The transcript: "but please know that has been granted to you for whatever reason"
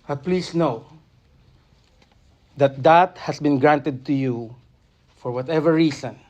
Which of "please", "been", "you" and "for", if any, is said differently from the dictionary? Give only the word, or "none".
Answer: please